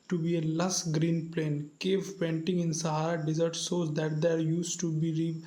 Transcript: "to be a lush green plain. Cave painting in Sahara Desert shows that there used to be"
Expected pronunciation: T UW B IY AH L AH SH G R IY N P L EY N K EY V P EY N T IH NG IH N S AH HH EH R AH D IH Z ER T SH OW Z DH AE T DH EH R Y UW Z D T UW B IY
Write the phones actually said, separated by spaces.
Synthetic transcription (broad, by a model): T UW B IY AH L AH S G R IY N P L EY N K EY V P EY N T IH NG IH N S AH HH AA R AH D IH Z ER T S OW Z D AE T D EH R Y UW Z T UW B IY